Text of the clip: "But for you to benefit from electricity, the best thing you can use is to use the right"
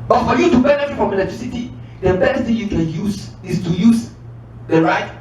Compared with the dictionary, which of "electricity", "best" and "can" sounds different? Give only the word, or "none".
electricity